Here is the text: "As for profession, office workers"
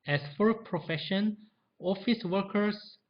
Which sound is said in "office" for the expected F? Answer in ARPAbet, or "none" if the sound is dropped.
F